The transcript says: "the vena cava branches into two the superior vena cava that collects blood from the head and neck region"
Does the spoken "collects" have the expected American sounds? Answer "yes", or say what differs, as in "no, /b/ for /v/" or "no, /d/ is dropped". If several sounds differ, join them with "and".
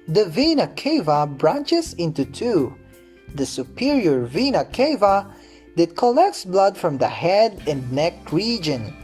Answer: yes